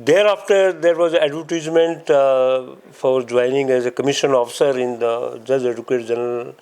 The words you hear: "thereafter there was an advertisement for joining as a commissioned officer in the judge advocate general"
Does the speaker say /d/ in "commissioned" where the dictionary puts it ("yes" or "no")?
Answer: no